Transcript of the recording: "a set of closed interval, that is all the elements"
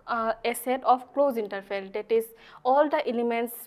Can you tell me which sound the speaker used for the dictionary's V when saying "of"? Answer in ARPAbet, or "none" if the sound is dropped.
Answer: P